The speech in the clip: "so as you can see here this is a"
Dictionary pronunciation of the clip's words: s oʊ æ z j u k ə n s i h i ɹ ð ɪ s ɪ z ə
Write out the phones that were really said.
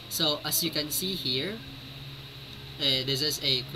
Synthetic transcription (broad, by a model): s oʊ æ s j u k ə n s i h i ɹ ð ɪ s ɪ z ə